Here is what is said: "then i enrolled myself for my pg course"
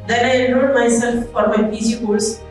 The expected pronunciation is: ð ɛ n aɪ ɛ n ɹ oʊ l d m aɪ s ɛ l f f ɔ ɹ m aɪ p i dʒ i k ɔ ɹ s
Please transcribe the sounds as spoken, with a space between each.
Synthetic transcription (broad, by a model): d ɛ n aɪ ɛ ɹ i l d m aɪ s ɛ l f f ɔ ɹ m aɪ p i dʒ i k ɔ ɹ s